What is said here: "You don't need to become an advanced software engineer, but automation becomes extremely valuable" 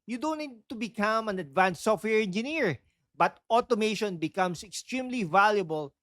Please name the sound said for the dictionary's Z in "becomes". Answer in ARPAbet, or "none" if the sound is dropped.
S